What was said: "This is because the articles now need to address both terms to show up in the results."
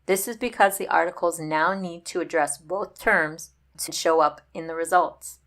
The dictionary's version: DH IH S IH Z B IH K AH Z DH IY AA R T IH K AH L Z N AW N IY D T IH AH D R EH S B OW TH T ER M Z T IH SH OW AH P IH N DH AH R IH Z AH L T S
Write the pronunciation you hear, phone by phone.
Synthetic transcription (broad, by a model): DH IH S IH Z B IH K AH Z DH IY AA R T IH K L Z N AW N IY D T IH AH D R EH S B OW TH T ER M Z T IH SH OW AH P IH N DH AH R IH Z AH L T S